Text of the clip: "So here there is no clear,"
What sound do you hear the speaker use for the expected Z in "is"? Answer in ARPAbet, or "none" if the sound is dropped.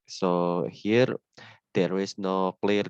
S